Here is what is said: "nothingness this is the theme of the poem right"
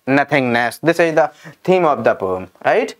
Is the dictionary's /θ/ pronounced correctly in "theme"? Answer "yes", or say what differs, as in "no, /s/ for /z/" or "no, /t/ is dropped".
no, /t/ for /θ/